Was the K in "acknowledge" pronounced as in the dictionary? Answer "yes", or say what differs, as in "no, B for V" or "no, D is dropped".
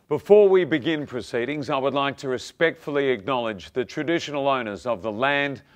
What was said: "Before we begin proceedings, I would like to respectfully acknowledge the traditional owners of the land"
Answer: yes